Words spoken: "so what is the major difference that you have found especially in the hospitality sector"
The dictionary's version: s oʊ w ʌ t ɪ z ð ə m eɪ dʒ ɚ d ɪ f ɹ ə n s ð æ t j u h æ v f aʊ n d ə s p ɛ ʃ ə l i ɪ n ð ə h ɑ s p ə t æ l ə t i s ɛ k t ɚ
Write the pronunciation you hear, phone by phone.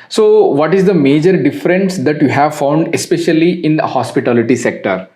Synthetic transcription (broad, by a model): s oʊ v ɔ t ɪ z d ə m eɪ dʒ ɚ d ɪ f ɹ ə n s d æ t j u h æ v f aʊ n d ə s p ɛ ʃ ə l i ɪ n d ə h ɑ s p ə t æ l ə t i s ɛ k t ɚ